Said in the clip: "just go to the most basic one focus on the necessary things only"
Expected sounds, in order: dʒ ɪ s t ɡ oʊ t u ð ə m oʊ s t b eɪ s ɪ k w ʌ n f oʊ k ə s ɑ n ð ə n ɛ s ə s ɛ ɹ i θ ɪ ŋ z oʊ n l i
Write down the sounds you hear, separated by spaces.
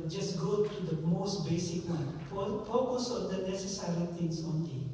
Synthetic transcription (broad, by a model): dʒ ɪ s ɡ oʊ t u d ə m oʊ s t b eɪ s ɪ k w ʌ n f oʊ k ə s ɑ n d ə n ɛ s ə s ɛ ɹ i t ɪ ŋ s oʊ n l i